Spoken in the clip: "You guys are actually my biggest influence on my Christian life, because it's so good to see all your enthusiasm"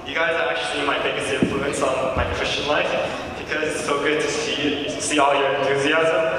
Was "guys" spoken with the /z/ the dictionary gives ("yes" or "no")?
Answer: yes